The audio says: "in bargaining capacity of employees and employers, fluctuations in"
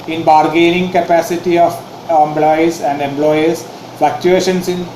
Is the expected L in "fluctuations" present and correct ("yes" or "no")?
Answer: no